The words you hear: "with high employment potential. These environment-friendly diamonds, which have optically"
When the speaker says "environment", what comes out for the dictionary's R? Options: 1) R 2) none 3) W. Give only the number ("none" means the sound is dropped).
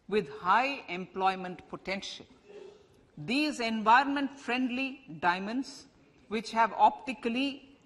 1